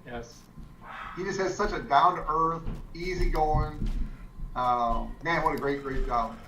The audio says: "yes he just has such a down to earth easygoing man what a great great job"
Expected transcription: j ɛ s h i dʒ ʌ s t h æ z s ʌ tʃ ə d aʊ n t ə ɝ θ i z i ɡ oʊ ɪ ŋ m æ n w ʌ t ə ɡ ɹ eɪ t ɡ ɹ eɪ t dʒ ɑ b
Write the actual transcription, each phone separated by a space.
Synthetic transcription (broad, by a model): j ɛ s h i dʒ ʌ s t h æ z s ʌ tʃ ə d aʊ n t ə ɝ θ i z i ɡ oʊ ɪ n m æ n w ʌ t ə ɡ ɹ eɪ t ɡ ɹ eɪ t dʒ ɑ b